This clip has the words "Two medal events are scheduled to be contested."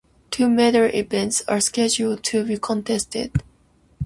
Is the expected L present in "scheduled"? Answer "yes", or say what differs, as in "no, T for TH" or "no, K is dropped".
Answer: yes